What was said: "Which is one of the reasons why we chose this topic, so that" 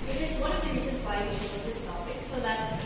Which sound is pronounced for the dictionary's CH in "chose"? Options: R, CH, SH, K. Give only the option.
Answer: SH